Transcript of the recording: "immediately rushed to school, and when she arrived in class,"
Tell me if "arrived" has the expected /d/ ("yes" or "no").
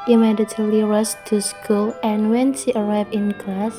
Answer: no